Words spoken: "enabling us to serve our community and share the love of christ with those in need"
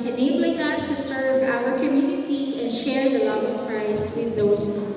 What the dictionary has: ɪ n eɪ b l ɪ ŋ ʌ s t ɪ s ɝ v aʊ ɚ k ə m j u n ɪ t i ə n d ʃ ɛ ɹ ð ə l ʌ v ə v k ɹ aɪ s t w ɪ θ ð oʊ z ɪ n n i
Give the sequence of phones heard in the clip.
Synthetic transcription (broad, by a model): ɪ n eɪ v l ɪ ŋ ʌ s t ɪ s ɝ v aʊ ɚ k ə m j u n ɪ t i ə n ʃ ɛ ɹ ð ə l ʌ v ə v k ɹ aɪ s t w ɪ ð oʊ ɪ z